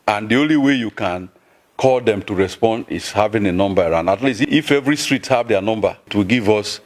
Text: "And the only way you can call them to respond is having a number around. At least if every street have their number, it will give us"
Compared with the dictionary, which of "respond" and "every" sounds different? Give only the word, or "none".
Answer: none